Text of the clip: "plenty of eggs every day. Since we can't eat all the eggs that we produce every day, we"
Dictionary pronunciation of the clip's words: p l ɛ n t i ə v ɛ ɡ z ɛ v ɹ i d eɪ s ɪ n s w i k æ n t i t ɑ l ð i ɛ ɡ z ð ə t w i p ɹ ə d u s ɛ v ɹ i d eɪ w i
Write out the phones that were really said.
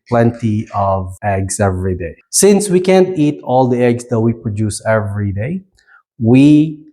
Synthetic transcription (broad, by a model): p l ɛ n t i ə v ɛ ɡ s ɛ v ɹ i d eɪ s ɪ n s w i k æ n t i t ɑ l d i ɛ ɡ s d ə t w i p ɹ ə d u s ɛ v ɹ i d eɪ w i